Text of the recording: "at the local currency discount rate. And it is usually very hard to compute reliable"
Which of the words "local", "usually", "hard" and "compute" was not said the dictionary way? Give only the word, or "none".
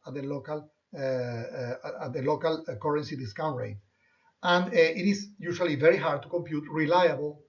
usually